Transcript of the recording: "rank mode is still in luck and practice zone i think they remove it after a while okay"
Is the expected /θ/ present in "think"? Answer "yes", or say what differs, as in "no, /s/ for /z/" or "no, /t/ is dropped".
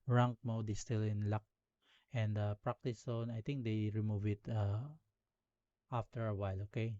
no, /t/ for /θ/